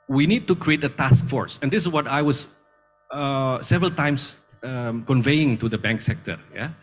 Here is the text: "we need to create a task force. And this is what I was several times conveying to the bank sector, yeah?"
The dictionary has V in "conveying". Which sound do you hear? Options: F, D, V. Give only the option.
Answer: V